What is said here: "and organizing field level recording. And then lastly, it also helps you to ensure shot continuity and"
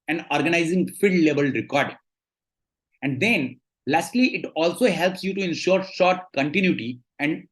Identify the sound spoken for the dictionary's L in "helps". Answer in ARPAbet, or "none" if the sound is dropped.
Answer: L